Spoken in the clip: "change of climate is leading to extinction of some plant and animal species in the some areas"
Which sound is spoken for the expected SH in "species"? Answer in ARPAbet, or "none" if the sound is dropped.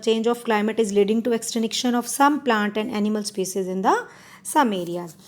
S